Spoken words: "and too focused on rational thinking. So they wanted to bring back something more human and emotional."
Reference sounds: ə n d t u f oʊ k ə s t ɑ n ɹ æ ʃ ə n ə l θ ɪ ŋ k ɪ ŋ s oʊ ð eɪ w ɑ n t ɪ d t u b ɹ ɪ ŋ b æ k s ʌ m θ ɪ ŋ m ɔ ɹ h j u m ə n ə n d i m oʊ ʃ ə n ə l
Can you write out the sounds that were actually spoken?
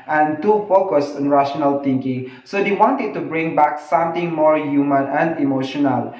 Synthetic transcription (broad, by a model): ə n t u f oʊ k ə s t ɑ n ɹ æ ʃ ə n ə l t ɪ ŋ k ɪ ŋ s oʊ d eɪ w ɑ n t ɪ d t u b ɹ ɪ ŋ b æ k s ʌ m t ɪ ŋ m ɔ ɹ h j u m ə n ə n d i m oʊ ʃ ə n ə l